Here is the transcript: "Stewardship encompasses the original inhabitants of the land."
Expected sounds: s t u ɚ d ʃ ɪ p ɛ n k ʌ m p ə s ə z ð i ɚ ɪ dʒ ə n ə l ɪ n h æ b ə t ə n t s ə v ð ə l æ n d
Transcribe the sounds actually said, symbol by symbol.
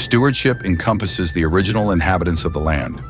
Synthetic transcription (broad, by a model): s t u ɚ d ʃ ɪ p ɛ n k ʌ m p ə s ə z ð i ɚ ɪ dʒ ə n l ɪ n h æ b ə t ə n s ə v ð ə l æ n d